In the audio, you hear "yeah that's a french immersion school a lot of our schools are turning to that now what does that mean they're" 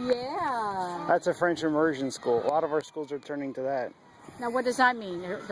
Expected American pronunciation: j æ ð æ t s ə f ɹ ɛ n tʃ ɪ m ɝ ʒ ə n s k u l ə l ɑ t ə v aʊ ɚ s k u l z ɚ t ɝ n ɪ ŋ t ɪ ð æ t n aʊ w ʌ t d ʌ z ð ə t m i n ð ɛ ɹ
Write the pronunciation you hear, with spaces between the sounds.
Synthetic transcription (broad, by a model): j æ ð æ t s ə f ɹ ɛ n tʃ ɪ m ɝ ʒ ə n s k u l ə l ɑ t ə v aʊ ɚ s k u l z ɚ t ɝ n ɪ ŋ t ɪ ð æ t n aʊ w ʌ t d ʌ z ð ə t m i n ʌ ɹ